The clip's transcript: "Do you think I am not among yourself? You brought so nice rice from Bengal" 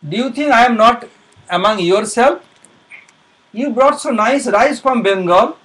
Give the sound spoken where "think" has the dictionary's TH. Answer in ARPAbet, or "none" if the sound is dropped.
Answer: T